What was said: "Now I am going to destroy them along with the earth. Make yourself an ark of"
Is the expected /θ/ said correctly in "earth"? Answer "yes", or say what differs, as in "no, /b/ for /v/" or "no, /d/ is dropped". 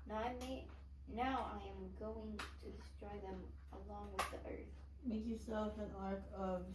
yes